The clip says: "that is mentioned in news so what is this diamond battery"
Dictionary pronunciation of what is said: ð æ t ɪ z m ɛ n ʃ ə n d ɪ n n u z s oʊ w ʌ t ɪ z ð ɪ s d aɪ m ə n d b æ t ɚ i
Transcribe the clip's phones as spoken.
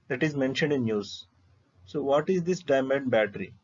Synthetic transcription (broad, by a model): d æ t ɪ z m ɛ n ʃ ə n d ɪ n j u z s oʊ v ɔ t ɪ z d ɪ s d aɪ m ə n d b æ t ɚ i